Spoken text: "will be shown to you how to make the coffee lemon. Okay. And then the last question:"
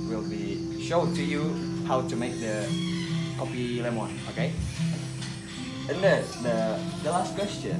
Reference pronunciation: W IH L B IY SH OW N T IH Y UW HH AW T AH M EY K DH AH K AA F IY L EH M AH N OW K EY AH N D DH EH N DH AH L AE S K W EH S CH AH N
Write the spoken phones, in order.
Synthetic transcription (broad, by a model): W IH L B IY SH OW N T IH Y UW HH AW T AH M EY K DH AH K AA P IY L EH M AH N OW K EY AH N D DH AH DH AH L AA S K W EH S CH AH N